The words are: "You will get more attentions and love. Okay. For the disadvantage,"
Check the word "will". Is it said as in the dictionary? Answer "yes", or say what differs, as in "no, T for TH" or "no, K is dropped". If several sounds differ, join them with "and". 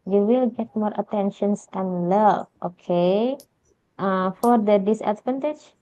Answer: yes